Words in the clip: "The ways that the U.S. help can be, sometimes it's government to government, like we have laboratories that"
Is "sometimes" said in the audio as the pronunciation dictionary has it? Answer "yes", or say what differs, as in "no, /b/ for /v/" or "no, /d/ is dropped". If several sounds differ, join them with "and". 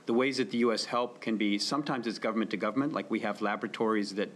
yes